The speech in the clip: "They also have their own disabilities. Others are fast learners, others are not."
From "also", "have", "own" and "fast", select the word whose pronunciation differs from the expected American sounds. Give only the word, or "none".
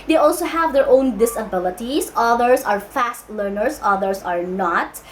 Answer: none